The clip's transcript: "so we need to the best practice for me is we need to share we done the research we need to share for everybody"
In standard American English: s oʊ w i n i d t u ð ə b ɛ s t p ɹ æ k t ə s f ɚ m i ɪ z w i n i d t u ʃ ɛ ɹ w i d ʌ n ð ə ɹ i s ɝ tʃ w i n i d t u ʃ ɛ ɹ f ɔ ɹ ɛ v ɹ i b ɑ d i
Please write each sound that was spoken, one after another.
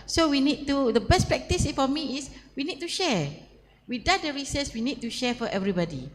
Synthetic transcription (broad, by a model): s oʊ w i n i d t u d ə b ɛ s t p ɹ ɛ k t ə s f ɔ m i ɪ s w i n i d t u ʃ ɛ w i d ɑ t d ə ɹ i s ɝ s w i n i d t u ʃ ɛ f ɔ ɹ ɛ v ɹ i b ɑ d i